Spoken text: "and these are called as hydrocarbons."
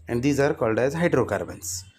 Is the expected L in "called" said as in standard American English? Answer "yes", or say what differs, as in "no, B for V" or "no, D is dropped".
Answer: yes